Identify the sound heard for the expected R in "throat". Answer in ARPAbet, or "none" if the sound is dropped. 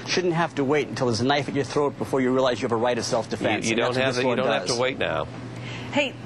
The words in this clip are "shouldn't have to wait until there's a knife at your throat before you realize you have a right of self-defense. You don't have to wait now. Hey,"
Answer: R